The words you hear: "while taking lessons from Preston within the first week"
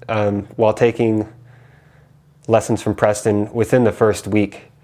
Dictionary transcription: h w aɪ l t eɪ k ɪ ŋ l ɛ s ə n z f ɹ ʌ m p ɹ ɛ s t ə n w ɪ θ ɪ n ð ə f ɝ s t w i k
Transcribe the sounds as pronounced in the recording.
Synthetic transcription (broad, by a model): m w aɪ l t eɪ k ɪ ŋ l ɛ s n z f ɹ ʌ m p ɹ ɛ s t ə n w ɪ θ ɪ n ð ə f ɝ s t w i k